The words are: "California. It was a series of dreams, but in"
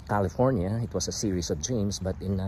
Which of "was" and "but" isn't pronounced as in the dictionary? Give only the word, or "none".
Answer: was